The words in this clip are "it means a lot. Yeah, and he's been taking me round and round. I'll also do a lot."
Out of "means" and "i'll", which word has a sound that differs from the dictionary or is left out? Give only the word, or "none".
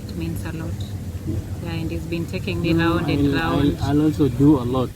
means